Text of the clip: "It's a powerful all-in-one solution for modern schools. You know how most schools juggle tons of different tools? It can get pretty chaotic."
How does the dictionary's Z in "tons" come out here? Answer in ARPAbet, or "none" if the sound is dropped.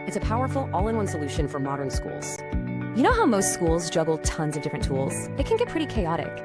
Z